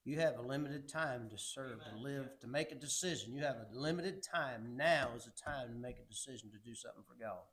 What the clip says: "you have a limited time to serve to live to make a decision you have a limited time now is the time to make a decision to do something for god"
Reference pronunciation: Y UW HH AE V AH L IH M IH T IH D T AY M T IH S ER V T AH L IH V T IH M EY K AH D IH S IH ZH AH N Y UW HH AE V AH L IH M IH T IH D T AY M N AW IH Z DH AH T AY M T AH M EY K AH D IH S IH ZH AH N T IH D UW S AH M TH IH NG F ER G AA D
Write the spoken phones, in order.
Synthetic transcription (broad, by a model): Y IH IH V AH L IH M IH T IH D T AY M T IH S ER V T AH L IH V T IH M EY K AH D IH S IH ZH AH N Y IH V AH L IH M IH T IH D T AY M N AW IH Z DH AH T AY M T AH M EY K AH D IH S IH ZH N T IH D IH S AH M TH IH NG F ER G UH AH